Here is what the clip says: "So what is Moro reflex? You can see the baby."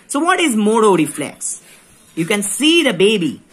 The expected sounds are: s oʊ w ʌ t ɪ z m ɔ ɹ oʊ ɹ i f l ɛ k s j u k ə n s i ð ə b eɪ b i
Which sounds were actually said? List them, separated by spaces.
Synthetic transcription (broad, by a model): s oʊ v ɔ t ɪ z m ɔ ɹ oʊ ɹ i f l ɛ k s j u k ə n s i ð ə b eɪ b i